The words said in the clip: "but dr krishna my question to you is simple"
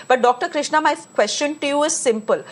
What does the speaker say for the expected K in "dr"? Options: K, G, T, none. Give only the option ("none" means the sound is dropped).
K